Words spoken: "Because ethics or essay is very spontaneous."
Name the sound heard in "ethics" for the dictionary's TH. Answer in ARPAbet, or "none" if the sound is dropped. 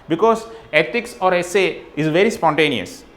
T